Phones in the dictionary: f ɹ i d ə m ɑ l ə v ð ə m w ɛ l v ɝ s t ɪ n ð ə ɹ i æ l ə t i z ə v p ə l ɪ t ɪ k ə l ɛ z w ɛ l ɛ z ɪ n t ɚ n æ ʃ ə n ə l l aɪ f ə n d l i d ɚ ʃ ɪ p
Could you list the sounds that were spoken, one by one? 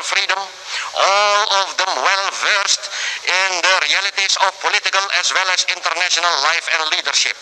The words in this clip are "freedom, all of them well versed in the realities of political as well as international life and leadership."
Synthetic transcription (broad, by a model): f ɹ i d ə m ɑ l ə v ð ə m w ɛ l v ɝ s t ɪ n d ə ɹ i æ l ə t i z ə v p ə l ɪ t ɪ k ə l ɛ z w ɛ l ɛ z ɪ n t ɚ n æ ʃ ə n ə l l aɪ f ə n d l i d ɚ ʃ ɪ p